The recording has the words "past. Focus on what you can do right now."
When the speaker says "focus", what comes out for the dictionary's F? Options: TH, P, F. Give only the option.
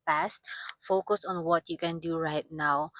F